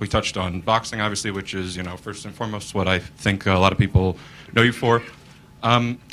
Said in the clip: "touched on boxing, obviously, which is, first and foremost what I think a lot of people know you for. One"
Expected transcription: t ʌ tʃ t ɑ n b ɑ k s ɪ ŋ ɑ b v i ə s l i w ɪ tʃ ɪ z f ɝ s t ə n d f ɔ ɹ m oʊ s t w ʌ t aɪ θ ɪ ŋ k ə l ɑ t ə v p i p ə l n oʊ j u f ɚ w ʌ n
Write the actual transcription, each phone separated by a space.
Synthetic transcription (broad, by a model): t ʌ tʃ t n b ɑ k s ɪ ŋ ɑ b v i ə s l i w ɪ tʃ ɪ z f ɝ s t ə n f ɔ ɹ m oʊ s t w ʌ t aɪ θ ɪ ŋ k ə l ɑ t ə v p i p l n oʊ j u f ɚ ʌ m